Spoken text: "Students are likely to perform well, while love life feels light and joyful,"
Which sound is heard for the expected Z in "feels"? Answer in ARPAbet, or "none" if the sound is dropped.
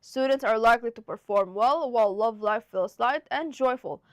S